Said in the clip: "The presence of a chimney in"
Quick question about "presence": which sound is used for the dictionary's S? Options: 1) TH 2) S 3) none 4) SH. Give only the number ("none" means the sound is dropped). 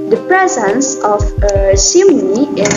2